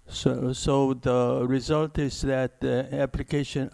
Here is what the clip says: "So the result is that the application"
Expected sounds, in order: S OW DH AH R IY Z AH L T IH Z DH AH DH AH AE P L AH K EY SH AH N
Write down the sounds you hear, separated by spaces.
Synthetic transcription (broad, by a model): S OW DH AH R IY Z AH L T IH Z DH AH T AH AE P L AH K EY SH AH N